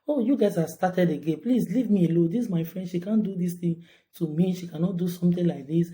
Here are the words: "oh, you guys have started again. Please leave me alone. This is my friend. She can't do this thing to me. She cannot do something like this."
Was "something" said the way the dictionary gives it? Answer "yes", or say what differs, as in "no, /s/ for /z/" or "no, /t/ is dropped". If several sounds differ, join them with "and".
no, /t/ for /θ/